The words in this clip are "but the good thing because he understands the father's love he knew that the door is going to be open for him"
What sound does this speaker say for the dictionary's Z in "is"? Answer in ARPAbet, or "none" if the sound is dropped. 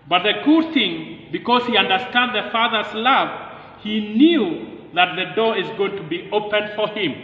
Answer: Z